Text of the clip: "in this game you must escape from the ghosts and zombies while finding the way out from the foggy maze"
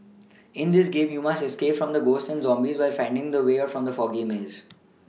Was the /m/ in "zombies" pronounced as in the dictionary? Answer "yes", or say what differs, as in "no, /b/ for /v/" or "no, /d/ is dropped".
yes